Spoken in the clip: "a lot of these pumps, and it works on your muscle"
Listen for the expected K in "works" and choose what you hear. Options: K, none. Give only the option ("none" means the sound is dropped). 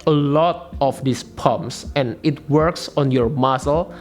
K